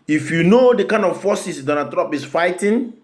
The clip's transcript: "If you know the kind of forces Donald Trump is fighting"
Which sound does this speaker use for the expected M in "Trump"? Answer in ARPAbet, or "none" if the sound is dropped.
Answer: none